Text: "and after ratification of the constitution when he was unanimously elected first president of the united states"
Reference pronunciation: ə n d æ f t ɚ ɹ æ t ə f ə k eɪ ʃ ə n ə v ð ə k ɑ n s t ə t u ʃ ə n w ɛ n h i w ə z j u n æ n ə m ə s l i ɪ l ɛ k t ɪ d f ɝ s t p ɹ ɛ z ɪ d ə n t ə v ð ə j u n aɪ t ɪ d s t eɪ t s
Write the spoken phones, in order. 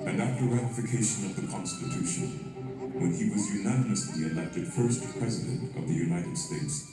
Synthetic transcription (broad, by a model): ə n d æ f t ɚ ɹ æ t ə f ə k eɪ ʃ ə n ə v ð ə k ɑ n s t ə t u ʃ ə n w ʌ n i w ə z j u n æ n ə m ə s l i ɪ l ɛ k t ɪ d f ɝ s t p ɹ ɛ z ɪ d ə n t ə v ð ə j u n aɪ t ɪ d s t eɪ t s